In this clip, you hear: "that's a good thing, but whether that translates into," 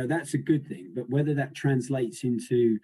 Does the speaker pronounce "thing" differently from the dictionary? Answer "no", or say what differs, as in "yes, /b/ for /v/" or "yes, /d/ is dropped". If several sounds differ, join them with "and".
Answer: no